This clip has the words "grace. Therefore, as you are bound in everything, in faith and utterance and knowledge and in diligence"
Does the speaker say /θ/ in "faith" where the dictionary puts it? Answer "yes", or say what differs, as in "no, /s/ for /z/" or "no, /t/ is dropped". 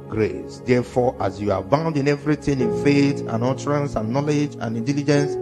no, /t/ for /θ/